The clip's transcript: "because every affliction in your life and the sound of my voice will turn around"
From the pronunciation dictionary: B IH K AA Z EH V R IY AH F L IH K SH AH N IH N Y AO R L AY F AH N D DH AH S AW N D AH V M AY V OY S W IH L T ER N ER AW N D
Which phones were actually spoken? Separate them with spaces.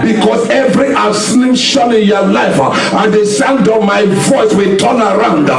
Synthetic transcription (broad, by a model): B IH K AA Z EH V R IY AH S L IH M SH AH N IH N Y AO L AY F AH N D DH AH S AW N D AH V M AY V OY S W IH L T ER N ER AW N D